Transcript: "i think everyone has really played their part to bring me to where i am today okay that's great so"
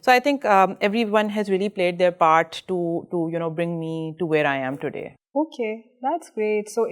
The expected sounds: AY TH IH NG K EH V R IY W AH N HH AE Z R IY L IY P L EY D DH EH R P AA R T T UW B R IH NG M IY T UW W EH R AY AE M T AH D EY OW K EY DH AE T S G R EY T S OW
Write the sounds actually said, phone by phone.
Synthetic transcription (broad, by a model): AY T IH NG K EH V R IY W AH N HH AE Z R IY L IY P L EY D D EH R P AA R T T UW B R IH NG M IY T UW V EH R AY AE M T AH D EY OW K EY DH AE T S G R EY T S OW